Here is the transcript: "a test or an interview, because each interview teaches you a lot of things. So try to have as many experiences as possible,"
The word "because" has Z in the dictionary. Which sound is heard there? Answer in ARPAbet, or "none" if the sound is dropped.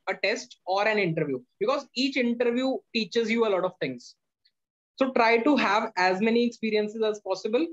Z